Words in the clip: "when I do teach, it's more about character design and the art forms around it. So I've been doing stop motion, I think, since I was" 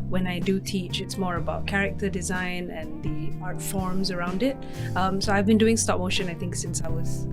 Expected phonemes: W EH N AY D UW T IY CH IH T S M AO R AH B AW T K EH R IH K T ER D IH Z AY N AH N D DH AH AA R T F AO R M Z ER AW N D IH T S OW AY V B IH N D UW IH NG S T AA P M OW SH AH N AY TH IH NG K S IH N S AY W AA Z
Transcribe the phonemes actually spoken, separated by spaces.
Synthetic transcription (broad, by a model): W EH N AY D UW T IY CH IH T S M AO R AH B AW T K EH R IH K T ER D IH Z AY N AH N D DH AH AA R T F AO R M Z ER AW N D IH T S OW AY V B IH N D UW IH NG S T AA P M OW SH AH N AY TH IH NG K S IH N S AY W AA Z